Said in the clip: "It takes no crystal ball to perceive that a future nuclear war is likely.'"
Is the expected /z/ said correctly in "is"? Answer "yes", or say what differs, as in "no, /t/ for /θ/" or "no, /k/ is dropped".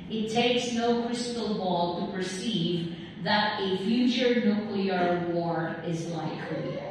yes